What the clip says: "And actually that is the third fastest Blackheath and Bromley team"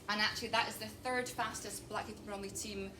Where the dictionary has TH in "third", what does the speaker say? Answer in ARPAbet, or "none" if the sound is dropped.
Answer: TH